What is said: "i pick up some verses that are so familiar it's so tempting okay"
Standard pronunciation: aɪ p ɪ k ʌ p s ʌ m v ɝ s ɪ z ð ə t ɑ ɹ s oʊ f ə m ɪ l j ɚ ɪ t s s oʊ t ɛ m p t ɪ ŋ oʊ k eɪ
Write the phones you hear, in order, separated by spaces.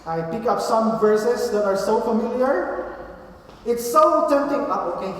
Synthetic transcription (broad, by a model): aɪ p ɪ k ʌ p s ʌ m v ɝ s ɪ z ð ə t ɑ ɹ s oʊ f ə m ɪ l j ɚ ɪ t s s oʊ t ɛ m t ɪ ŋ oʊ k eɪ